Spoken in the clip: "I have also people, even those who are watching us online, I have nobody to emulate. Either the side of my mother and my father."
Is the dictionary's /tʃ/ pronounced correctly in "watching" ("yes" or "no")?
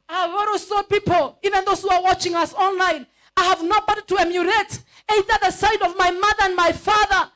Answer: yes